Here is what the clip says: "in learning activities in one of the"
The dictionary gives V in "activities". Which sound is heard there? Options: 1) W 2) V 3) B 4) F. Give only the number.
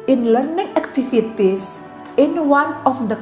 4